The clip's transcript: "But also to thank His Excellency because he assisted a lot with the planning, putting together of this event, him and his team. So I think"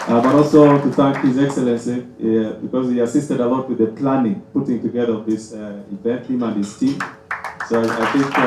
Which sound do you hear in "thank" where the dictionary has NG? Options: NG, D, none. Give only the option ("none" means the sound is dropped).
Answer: none